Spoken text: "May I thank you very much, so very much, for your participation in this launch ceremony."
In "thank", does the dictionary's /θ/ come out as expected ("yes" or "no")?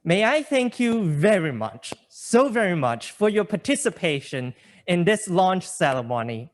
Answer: yes